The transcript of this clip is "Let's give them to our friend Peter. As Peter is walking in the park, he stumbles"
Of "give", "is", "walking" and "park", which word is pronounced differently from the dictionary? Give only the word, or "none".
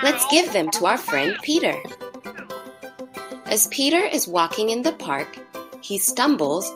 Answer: none